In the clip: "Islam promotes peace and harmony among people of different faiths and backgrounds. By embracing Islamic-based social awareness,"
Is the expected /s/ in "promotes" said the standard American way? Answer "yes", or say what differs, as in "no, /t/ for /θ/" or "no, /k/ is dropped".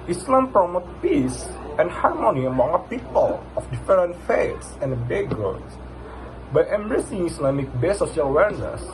no, /s/ is dropped